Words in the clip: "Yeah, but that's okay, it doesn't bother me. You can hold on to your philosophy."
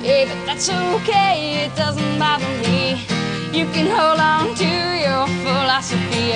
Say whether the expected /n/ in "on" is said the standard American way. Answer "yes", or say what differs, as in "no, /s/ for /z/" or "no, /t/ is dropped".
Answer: yes